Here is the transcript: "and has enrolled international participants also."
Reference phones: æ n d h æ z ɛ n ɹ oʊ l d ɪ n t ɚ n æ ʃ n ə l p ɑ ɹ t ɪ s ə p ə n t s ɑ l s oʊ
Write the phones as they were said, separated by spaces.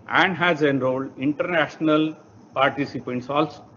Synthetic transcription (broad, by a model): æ n d h æ z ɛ n ɹ oʊ l ɪ n t ɚ n æ ʃ n ə l p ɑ ɹ t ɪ s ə p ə n t s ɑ l s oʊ